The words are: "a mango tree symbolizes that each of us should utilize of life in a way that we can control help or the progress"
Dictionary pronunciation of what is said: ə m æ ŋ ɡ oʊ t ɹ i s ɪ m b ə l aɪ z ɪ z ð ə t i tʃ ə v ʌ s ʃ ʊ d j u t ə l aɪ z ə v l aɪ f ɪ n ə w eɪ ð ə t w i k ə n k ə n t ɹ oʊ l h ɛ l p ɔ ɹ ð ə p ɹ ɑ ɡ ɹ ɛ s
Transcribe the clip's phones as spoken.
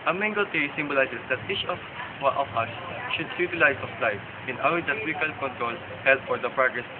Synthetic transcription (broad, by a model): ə m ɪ ŋ ɡ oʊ t ɹ i s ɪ m b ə l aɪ s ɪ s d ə t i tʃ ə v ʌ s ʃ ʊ d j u t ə l aɪ s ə f l aɪ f ɪ n ə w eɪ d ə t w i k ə l k ə n t ɹ oʊ l h ɛ l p ɔ ɹ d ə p ɹ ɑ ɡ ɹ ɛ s